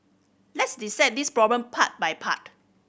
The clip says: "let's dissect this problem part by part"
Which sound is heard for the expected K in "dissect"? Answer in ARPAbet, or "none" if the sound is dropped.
none